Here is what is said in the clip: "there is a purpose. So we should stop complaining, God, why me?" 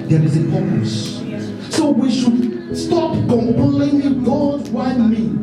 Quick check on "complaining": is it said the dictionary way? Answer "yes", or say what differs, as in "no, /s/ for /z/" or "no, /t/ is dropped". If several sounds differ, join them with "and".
no, /l/ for /n/